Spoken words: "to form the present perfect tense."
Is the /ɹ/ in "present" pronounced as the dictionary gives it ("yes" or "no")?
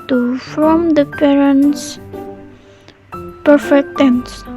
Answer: no